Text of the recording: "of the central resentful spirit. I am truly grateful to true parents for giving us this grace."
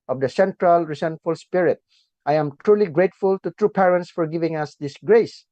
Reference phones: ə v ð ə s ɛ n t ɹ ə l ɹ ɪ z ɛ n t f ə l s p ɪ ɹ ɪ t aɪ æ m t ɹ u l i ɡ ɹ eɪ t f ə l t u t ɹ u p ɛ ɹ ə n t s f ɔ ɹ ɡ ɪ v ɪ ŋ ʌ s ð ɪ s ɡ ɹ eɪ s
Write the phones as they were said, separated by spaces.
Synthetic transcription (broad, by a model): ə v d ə s ɛ n t ɹ ə l ɹ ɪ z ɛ n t f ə l s p ɪ ɹ ɪ t aɪ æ m t ɹ u l i ɡ ɹ eɪ t f ə l t u t ɹ u p ɛ ɹ ə n t s f ɔ ɹ ɡ ɪ v ɪ ŋ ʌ s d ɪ s ɡ ɹ eɪ s